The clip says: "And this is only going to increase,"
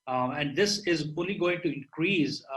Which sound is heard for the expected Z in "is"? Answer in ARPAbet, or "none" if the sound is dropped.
Z